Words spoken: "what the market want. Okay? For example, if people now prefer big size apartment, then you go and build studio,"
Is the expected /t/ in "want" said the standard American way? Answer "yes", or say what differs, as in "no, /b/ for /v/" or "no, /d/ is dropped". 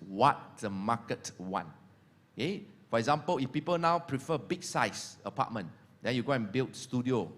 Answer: no, /t/ is dropped